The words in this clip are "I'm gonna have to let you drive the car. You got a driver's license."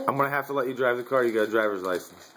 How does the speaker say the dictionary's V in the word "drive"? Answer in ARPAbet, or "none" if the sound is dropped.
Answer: V